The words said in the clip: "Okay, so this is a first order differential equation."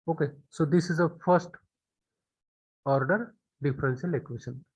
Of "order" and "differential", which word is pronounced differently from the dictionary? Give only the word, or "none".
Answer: differential